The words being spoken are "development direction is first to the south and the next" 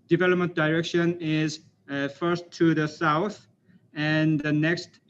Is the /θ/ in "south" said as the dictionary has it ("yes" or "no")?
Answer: yes